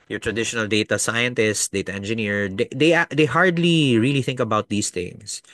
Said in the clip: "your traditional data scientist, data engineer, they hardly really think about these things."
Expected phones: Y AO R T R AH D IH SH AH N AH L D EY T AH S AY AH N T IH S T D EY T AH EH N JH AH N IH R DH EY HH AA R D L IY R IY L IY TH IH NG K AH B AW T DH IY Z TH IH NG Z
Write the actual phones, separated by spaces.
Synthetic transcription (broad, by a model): Y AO R T R AH D IH SH AH N AH L D EY T AH S AY AH N T IH S T D EY T AH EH N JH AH N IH R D EY HH AA R D L IY R IY L IY TH IH NG K AH B AW T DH IY S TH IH NG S